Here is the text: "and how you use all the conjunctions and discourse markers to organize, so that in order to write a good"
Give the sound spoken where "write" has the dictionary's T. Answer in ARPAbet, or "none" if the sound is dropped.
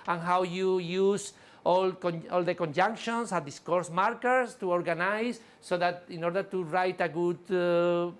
T